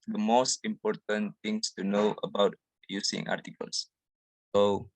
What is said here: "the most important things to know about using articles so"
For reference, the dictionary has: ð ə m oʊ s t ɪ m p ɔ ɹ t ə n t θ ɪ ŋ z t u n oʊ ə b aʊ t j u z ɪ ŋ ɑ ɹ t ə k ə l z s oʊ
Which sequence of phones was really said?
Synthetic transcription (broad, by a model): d ə m oʊ s t ɪ m p ɔ ɹ t ə n t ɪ ŋ s t u n oʊ ə b aʊ t j u s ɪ ŋ ɑ ɹ t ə k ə l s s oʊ